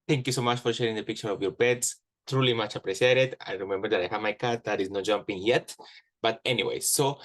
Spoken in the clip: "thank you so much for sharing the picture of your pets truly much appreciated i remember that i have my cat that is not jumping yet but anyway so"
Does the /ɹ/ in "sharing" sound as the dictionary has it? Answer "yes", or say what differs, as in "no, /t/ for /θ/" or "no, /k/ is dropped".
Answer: yes